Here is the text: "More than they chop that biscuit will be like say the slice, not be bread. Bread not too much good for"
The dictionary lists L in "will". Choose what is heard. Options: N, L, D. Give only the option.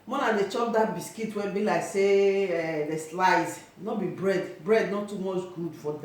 N